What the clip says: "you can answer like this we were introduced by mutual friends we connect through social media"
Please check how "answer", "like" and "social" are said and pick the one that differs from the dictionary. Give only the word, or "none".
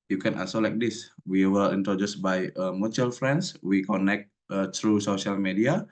answer